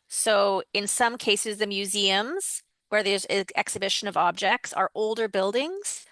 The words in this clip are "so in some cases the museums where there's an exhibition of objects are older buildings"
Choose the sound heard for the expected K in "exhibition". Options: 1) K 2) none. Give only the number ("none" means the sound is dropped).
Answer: 1